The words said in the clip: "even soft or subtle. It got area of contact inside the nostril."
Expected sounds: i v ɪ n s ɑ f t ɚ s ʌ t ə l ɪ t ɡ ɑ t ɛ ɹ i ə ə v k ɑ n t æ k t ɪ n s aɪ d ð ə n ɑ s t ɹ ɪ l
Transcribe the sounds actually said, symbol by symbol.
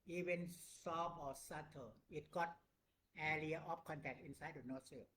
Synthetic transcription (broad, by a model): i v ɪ n s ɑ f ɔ s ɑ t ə ɪ t ɡ ɑ t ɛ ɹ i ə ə f k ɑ n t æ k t ɪ n s aɪ d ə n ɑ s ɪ